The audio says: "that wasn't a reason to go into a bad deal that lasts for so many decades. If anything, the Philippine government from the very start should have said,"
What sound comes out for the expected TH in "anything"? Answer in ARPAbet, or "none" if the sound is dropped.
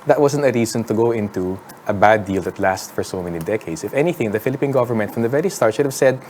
TH